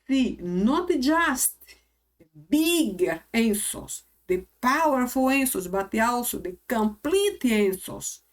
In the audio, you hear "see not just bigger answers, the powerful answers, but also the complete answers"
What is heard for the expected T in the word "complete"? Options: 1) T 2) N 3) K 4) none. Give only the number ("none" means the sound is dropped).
1